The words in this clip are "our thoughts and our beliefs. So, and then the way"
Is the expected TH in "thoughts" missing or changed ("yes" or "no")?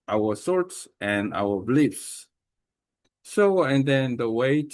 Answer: yes